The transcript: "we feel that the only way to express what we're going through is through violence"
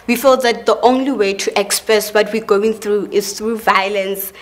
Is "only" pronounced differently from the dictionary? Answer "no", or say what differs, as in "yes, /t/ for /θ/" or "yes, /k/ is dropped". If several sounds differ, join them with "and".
no